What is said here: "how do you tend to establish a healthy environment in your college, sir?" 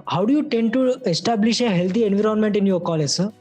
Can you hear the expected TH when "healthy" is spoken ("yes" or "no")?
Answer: no